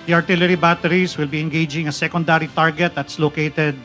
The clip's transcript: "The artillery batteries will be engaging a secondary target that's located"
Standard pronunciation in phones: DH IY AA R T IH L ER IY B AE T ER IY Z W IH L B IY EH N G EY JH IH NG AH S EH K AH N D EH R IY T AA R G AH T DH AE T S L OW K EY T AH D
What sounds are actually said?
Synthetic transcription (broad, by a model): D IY AA R T IH L ER IY B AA T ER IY S W IH L B IY EH N G EY JH IH NG AH S EH K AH N D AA R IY T AA R G AH T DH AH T S L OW K EY T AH D